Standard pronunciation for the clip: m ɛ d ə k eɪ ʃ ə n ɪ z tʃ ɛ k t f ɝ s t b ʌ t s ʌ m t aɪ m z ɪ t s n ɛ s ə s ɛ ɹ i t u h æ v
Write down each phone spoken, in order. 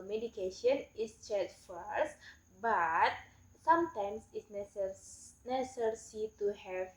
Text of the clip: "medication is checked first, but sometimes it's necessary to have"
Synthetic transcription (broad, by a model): m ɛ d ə k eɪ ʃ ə n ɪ s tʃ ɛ t f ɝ s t b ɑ t s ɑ m t aɪ m s ɪ t s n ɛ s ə s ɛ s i t u h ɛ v